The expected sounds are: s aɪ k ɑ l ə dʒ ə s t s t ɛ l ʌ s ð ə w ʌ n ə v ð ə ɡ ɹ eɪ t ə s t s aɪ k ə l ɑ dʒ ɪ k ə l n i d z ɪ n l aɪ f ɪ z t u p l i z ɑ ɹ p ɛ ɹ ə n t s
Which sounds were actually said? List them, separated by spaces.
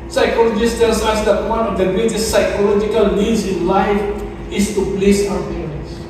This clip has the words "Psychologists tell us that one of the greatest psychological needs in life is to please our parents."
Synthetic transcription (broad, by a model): s aɪ k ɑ l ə dʒ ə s s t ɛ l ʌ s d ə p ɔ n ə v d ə ɡ ɹ eɪ t ə s t s aɪ k ə l ɑ dʒ ɪ k ə l n i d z ɪ n l aɪ f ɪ s t u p l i s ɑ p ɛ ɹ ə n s